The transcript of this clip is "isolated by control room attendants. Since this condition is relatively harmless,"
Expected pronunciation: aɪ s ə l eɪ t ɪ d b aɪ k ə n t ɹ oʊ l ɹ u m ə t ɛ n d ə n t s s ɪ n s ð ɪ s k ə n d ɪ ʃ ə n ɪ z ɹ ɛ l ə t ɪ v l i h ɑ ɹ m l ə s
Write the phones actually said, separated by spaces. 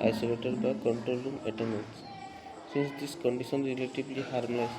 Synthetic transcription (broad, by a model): aɪ s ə l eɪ t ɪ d b aɪ k ə n t ɹ oʊ l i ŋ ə t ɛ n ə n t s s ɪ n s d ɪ s k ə n d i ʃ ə n ɹ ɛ l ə t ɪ b l i h ɑ ɹ m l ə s